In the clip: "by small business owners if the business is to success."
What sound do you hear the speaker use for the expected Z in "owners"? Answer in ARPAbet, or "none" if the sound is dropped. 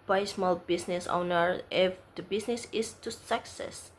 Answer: none